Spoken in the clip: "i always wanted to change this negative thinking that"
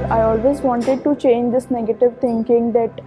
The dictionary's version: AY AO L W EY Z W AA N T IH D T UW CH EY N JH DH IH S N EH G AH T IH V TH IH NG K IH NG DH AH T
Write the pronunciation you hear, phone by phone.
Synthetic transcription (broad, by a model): AY AO L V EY Z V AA N T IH D T UW CH EY N JH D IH S N EH G AH T IH V T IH NG K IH NG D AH T